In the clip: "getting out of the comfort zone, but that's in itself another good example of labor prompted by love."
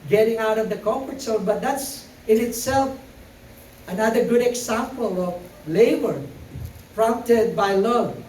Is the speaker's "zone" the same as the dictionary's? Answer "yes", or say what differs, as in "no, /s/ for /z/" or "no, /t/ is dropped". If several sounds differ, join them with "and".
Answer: no, /s/ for /z/